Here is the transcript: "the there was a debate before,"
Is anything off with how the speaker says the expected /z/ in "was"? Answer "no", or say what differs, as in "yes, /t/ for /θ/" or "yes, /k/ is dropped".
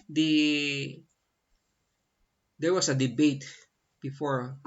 yes, /s/ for /z/